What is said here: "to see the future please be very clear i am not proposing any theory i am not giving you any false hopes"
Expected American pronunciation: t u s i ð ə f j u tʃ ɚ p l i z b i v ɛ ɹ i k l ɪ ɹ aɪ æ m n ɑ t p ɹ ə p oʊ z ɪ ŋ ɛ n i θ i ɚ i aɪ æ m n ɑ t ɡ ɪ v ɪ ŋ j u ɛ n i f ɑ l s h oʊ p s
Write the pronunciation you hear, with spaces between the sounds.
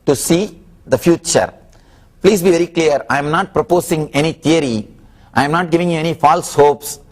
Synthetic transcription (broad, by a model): t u s i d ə f j u tʃ ɚ p l i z b i v ɛ ɹ i k l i ɹ aɪ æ m n ɑ t p ɹ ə p oʊ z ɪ ŋ ɛ n i t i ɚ i aɪ m n ɑ t ɡ ɪ v ɪ ŋ j u ɛ n i f ɑ l s h oʊ p s